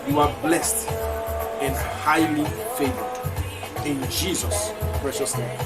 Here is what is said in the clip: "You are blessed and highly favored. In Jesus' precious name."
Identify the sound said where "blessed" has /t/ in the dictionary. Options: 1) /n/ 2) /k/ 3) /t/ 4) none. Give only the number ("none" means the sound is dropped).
3